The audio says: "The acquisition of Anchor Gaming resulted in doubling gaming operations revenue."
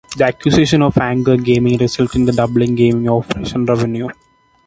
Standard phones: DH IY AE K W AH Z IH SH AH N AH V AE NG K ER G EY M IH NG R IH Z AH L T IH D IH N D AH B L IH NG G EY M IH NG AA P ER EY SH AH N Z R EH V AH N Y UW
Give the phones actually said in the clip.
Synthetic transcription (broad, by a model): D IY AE K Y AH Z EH SH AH N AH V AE NG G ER G EY M IH NG R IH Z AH L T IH D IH D AH B L IH NG G EY M IH NG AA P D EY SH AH N R EH V AH N Y UW